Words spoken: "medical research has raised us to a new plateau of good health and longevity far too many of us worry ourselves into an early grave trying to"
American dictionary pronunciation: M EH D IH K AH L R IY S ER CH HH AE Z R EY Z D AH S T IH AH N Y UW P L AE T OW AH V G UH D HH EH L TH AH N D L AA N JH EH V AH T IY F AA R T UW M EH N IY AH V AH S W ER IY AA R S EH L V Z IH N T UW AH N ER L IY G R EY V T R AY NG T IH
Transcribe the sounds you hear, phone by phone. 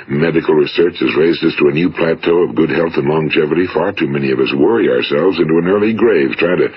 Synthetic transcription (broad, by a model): M EH D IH K L R IY S ER CH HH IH Z R EY Z D AH S T IH AH N Y UW P L AE T OW AH V G UH D HH EH L TH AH N L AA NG JH EH V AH T IY F AA R T UW M EH N IY AH V AH S W ER IY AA R S EH L V Z IH N T UW AH N ER L IY G R EY V T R AY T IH